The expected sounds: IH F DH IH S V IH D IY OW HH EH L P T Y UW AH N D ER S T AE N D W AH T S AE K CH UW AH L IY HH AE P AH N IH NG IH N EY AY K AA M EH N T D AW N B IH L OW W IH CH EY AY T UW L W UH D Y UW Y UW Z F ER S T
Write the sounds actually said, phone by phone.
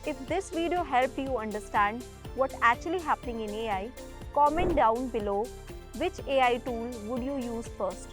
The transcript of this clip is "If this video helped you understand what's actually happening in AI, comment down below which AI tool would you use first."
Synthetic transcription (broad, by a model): IH F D IH S V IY D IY OW HH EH L P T Y UW AH N D ER S T AE N D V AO T AE K CH UW AH L IY HH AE P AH N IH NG IH N EY AY K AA M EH N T D AW N B IH L OW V IH CH EY AY T UW L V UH D Y UW Y UW Z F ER S T